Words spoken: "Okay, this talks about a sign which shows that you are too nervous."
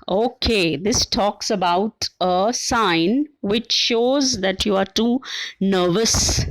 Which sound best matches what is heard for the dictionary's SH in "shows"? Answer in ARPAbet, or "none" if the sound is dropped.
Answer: SH